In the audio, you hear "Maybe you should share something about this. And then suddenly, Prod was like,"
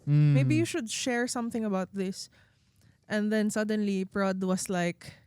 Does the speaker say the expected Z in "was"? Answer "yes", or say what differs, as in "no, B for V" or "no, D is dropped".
no, S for Z